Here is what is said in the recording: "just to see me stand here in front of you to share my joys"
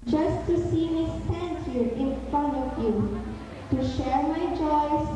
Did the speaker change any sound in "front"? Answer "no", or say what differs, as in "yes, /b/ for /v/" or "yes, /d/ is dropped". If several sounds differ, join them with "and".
no